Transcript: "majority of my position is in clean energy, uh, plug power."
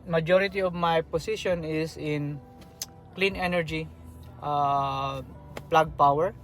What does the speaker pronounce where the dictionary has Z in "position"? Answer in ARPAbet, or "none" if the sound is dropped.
S